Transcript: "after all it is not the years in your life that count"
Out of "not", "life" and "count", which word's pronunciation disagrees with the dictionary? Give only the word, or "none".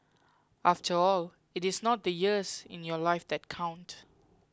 none